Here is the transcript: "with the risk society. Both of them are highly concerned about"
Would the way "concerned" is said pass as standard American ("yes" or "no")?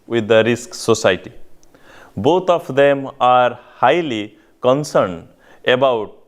yes